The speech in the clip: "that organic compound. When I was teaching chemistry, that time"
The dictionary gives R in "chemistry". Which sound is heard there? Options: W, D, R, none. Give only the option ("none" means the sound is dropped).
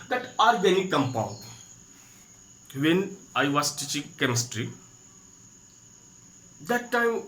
R